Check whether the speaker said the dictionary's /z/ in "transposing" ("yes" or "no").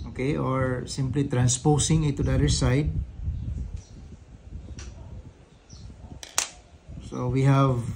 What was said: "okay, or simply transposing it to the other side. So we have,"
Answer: no